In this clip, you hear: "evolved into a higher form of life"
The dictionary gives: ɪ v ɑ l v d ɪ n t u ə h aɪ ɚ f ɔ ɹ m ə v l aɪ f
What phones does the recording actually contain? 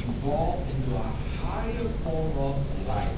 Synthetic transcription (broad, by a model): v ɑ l ɪ n t u ə h aɪ ɚ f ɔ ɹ ə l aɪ